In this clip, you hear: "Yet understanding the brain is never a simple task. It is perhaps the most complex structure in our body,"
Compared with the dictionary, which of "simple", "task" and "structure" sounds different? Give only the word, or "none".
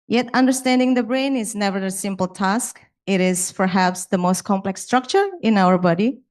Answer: none